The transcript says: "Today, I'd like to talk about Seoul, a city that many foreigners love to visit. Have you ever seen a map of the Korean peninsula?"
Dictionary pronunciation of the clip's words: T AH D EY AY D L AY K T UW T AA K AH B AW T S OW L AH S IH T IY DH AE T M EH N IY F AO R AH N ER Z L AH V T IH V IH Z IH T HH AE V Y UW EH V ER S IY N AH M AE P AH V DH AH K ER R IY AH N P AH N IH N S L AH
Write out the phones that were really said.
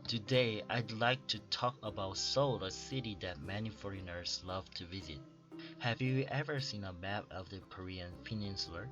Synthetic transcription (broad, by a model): T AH D EY AY D L AY K T UW T AA K AH B AW T S OW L AH S IH T IY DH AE T M EH N IY F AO R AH N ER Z L AH V T IH V IH Z IH T HH AE V Y UW EH V ER S IY N AH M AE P AH V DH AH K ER R IY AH N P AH N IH N S L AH